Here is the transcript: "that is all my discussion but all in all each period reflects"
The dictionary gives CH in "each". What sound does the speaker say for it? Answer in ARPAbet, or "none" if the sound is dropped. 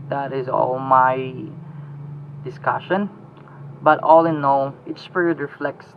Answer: S